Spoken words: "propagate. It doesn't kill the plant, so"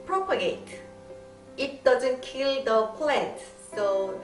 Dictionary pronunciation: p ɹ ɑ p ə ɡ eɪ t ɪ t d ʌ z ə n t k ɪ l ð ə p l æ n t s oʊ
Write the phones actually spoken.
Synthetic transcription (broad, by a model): p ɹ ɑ p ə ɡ eɪ t ɪ t d ʌ z ə n t k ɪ l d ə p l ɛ t s oʊ